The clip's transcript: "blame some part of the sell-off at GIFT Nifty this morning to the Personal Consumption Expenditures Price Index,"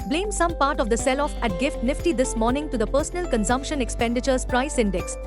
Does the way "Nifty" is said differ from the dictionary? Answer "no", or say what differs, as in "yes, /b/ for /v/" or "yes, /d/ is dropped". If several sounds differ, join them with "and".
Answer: no